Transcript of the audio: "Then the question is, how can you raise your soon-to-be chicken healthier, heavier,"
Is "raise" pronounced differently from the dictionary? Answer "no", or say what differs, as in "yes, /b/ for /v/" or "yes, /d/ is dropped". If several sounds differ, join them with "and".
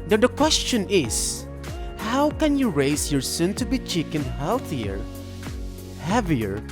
yes, /s/ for /z/